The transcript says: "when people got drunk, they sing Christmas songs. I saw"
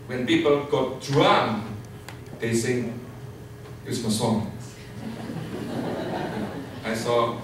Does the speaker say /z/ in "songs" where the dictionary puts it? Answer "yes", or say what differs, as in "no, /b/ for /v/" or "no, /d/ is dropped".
no, /z/ is dropped